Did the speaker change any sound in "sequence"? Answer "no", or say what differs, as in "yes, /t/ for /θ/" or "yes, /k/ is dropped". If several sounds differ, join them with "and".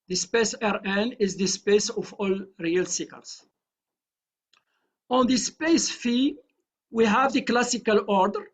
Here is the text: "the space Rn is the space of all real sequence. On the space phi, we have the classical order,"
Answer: yes, /l/ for /n/